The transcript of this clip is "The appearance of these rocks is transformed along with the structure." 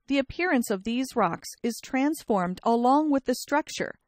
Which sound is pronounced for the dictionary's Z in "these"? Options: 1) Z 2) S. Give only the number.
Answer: 1